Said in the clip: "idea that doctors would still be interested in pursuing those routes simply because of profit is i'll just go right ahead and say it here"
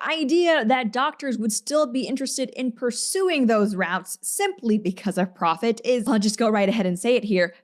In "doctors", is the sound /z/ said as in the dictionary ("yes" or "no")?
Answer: yes